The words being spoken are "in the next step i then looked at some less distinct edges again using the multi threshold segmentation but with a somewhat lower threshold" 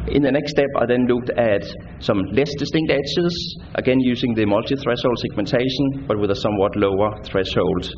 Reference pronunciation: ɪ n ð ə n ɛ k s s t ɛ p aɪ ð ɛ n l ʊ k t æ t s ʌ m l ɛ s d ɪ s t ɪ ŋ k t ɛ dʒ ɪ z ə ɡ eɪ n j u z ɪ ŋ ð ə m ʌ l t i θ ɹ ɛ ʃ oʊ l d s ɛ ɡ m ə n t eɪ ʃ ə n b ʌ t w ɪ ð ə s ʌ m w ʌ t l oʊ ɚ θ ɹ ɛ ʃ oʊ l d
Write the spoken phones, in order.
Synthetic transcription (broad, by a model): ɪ n ð ə n ɛ k s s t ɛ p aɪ ð ɛ n l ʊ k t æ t s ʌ m l ɛ s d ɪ s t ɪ ŋ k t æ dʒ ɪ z ə ɡ eɪ n j u s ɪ ŋ ð ə m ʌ l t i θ ɹ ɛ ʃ oʊ l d s ɛ ɡ m ə n t eɪ ʃ ə n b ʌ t w ɪ ð ə s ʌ m w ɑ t l oʊ ɚ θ ɹ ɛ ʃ oʊ l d